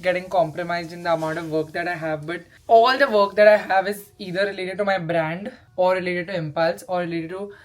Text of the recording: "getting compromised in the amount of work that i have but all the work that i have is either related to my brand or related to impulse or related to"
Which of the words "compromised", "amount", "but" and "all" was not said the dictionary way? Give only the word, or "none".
amount